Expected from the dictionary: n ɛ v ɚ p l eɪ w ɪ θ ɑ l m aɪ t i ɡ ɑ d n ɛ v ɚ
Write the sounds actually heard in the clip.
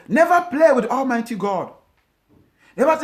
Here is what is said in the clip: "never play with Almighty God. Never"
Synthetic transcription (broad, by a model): n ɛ v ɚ p l eɪ w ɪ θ ɑ l m aɪ t i ɡ ɑ d n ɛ v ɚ